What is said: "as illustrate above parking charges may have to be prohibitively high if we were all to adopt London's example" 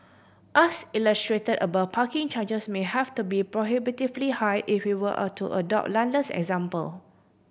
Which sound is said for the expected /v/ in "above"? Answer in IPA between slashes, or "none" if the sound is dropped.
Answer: /b/